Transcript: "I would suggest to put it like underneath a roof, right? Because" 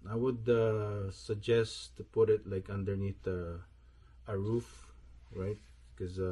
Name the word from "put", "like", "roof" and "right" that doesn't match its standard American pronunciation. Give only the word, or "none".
none